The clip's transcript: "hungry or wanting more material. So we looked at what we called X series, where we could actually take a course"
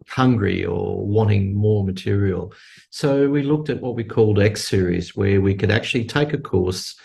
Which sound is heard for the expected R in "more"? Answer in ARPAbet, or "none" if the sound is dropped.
R